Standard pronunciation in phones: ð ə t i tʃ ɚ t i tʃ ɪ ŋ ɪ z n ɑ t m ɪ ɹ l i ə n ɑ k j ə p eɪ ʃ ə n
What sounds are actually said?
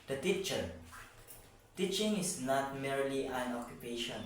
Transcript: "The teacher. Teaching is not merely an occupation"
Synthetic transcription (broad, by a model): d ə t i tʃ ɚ t i tʃ ɪ ŋ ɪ s n ɑ t m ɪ ɹ l i ə n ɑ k j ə p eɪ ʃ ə n